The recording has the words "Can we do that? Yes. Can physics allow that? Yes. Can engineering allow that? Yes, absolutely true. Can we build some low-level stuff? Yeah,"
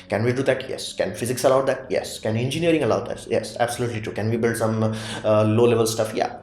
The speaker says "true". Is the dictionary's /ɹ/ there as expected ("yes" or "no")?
no